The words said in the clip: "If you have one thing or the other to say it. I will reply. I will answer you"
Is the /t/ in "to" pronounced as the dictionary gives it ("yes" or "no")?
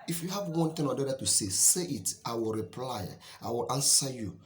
no